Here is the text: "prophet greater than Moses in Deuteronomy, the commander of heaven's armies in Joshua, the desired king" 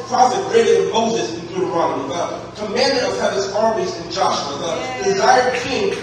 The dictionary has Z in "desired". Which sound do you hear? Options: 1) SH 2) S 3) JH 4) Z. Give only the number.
4